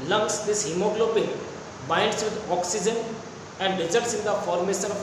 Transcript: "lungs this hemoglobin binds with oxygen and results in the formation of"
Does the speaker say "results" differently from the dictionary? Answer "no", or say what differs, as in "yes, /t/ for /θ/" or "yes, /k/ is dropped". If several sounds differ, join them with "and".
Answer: yes, /l/ is dropped